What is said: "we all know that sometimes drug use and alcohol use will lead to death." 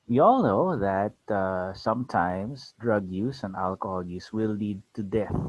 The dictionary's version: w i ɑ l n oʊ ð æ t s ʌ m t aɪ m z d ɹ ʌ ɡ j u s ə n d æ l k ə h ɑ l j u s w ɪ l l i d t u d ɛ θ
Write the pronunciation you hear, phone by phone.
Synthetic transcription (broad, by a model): w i ɑ l n oʊ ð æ t s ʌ m t aɪ m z d ɹ ʌ ɡ j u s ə n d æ l k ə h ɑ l j u s w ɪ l l i d t u d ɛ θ